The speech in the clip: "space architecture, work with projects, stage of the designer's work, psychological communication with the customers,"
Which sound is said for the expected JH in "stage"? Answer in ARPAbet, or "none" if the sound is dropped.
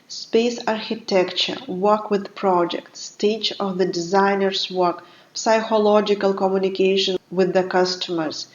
CH